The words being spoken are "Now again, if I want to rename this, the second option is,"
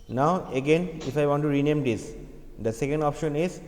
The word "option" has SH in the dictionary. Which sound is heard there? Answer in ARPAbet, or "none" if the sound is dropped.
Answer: SH